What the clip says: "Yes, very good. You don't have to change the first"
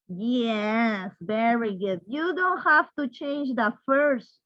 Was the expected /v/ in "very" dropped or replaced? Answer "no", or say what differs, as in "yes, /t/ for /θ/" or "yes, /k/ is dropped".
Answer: no